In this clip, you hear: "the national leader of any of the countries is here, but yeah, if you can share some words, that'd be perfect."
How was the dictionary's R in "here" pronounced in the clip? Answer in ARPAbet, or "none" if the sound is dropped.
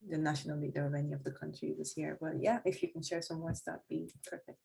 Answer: R